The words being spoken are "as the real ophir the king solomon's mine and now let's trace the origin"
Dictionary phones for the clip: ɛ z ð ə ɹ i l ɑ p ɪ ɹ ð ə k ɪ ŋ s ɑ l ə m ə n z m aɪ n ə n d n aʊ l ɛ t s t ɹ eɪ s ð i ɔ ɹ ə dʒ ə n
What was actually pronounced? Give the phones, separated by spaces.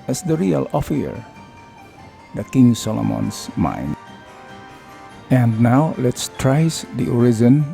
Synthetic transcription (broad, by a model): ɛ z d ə ɹ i l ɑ f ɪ ɹ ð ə k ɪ ŋ s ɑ l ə m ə n s m aɪ n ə n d n aʊ l ɛ t s t ɹ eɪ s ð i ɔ ɹ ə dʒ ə n